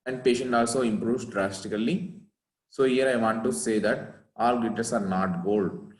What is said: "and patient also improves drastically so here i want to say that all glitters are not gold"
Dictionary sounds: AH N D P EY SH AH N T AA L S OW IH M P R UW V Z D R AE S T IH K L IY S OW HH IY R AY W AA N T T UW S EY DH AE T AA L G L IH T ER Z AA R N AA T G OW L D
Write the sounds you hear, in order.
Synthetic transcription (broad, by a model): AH N D P EY SH AH N T AA L S OW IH M P R UW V S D R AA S T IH K L IY S OW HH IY R AY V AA N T T UW S EY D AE T AA L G IH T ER S AA R N AA T G OW L D